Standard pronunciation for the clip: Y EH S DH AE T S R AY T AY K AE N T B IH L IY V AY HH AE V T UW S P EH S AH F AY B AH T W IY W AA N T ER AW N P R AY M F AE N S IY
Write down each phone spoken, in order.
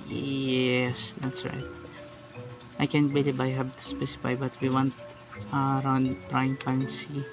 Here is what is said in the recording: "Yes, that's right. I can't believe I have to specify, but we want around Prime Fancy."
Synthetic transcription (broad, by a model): Y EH S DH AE T S R AY T AY K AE N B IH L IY B AY HH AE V T UW S P EH S AH F AY B AH T W IY W AA N T ER AW N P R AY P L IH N S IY